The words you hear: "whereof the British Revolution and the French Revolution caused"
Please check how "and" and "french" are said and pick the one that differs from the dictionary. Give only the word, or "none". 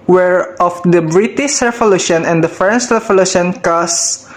french